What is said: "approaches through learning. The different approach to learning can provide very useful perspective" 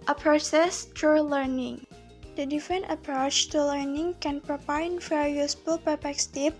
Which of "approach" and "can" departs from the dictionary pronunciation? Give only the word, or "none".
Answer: none